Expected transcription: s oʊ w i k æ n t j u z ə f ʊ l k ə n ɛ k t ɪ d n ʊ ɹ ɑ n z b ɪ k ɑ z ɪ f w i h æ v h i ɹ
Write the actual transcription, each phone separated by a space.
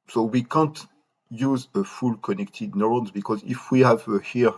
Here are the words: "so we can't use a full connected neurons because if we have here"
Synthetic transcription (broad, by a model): s oʊ w i k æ n t j u z ə f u l k ə n ɛ k t ɪ d n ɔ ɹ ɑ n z b ɪ k ɑ z ɪ f w i h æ v h i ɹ